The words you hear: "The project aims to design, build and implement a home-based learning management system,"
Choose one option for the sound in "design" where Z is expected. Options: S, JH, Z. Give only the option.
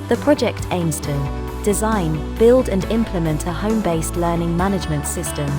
Z